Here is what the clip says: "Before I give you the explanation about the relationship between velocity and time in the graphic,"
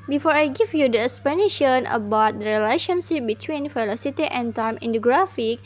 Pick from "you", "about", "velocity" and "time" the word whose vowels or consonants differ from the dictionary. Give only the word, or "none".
velocity